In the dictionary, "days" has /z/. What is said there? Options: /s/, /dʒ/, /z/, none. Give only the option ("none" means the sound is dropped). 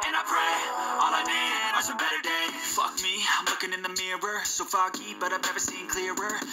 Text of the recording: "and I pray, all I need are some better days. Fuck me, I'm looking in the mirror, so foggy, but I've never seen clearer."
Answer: none